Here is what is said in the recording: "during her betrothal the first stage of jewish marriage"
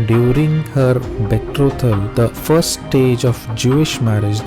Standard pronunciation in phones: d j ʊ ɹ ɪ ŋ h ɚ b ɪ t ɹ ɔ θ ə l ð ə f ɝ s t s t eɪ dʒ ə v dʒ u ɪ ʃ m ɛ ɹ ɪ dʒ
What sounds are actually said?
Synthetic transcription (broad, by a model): d j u ɹ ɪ ŋ h ɚ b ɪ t ɹ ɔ t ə l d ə f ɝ t s t eɪ dʒ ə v dʒ u ɪ ʃ m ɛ ɹ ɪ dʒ